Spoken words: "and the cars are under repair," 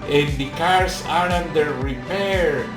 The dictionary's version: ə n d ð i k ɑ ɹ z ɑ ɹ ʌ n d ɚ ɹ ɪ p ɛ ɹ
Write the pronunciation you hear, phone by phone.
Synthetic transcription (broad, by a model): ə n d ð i k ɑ ɹ s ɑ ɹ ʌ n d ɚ ɹ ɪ p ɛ ɹ